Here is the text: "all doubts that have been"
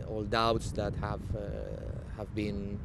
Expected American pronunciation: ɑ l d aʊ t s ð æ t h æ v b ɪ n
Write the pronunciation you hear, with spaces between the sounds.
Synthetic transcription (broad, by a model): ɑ l d aʊ t s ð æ t h æ v b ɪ n